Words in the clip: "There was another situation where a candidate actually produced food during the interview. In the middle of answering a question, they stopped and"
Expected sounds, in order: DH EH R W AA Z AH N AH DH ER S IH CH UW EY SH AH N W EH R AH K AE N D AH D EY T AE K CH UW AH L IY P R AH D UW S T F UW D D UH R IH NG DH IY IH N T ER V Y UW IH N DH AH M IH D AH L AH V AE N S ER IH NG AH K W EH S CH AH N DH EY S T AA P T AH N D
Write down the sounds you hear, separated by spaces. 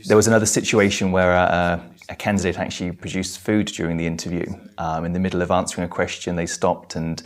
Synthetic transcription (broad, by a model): DH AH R W AA Z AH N AH DH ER S IH CH UW EY SH AH N W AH R AH K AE N D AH D EY T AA K CH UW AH L IY P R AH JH UW S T F UW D D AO R IH NG DH IY IH N T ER V Y UW IH N DH AH M IH D L AH V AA N S ER IH NG AH K W EH S CH AH N DH EY S T AA P T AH N